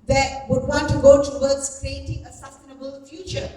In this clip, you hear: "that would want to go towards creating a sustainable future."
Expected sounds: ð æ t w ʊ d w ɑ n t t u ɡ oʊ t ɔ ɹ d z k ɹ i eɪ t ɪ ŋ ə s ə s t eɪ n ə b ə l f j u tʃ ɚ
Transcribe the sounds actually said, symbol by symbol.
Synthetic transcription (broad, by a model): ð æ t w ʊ d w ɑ n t t u ɡ oʊ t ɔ w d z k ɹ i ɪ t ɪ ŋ ə s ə s t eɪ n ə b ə l f j u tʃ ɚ